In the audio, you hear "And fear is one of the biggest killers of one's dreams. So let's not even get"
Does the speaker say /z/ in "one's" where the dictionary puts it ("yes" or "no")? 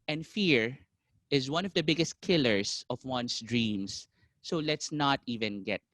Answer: no